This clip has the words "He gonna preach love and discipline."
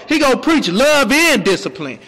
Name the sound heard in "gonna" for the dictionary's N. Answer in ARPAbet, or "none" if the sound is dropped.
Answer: none